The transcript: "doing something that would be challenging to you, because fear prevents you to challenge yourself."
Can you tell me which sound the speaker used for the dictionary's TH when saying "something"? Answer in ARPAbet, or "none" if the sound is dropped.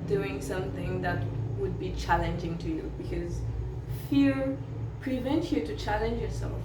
TH